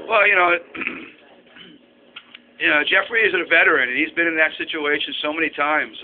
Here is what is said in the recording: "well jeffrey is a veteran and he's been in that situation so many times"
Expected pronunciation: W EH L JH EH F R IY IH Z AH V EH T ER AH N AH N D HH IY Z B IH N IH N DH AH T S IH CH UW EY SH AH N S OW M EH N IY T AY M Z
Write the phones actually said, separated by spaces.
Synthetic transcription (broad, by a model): W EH L JH EH F R IY IH Z AH V EH T ER AH N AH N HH IY Z B IH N IH N DH AH T S IH CH UW EY SH AH N S OW M EH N IY T AY M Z